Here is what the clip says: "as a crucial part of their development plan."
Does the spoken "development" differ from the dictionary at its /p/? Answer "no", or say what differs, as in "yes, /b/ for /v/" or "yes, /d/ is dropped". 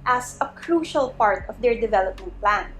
no